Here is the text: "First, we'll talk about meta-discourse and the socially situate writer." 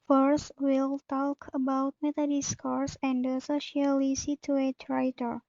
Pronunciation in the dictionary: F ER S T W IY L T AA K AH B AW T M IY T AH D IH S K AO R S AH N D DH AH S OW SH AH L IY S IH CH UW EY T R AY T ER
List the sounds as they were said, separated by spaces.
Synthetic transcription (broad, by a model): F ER S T W IY L T AA K AH B AW T M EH T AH D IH S K AO R S AH N D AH S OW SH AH L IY S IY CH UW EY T R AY T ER